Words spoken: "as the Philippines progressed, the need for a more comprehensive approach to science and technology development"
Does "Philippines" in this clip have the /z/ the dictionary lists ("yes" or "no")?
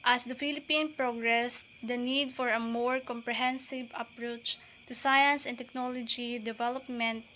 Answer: no